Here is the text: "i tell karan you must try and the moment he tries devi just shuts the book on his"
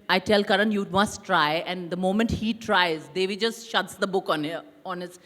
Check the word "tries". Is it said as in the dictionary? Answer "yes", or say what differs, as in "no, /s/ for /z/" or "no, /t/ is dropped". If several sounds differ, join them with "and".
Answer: yes